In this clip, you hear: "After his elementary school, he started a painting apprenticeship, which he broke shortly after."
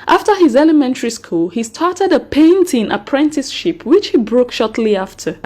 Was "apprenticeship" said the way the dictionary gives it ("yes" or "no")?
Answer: yes